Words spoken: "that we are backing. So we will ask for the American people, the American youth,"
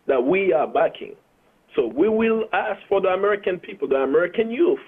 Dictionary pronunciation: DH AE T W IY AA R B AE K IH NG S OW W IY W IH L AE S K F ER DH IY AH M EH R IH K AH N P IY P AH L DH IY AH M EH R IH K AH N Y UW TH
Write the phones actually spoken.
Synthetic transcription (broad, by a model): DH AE T W IY AA R B AE K IH NG S OW W IY W IH L AE S K F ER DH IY AH M EH R IH K AH N P IY P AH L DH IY AH M EH R IH K AH N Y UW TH